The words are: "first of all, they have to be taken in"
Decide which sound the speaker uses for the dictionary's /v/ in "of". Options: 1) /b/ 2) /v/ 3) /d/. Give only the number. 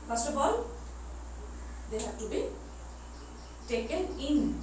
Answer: 1